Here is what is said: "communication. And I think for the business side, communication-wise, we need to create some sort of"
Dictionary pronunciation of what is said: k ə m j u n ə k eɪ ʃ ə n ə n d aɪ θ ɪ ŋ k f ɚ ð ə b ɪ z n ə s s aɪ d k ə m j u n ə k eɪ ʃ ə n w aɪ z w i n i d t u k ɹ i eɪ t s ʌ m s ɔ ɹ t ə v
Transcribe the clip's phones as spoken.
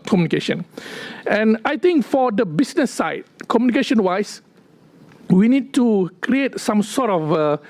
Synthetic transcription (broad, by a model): k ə m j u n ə k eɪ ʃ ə n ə n aɪ t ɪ ŋ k f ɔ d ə b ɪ s n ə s s aɪ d k ə m j u n ə k eɪ ʃ ə n w aɪ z w i n i d t u k ɹ i eɪ t s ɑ m s ɔ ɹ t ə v